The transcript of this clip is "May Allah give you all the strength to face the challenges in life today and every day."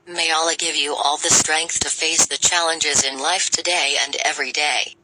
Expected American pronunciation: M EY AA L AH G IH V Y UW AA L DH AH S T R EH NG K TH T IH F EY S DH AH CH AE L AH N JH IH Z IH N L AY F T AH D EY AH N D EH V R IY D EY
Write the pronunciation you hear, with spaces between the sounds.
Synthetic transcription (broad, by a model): M EY AA L AH G IH V Y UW AA L DH AH S T R EH NG K TH T IH F EY S DH AH CH AE L AH N JH IH Z IH N L AY F T AH D EY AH N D EH V R IY D EY